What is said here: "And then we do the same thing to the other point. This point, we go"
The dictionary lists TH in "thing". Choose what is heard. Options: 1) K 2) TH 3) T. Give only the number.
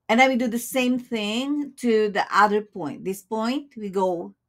2